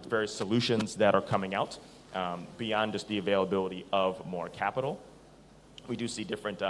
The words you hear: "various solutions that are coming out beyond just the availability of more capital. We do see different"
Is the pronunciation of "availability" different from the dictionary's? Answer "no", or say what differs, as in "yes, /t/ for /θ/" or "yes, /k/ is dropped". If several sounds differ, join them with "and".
no